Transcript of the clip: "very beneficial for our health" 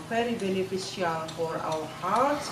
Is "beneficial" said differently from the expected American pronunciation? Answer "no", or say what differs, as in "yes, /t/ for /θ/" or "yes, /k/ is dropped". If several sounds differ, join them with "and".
yes, /s/ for /ʃ/